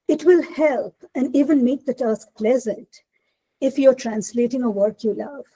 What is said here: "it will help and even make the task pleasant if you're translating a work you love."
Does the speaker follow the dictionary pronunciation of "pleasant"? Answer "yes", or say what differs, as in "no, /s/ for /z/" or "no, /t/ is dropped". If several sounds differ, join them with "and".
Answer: yes